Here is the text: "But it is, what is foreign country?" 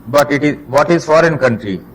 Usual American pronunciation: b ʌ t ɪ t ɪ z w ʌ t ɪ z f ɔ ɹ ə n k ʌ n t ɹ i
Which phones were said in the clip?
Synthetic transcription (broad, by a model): b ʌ t ɪ t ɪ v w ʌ t ɪ z f ɔ ɹ ə n k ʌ n t ɹ i